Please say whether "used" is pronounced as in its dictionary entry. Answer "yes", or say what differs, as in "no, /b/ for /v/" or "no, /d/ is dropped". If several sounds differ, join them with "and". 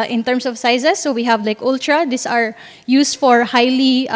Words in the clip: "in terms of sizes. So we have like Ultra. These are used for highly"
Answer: no, /s/ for /z/